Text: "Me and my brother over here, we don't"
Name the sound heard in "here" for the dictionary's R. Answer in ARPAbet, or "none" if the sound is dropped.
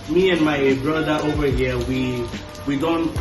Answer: W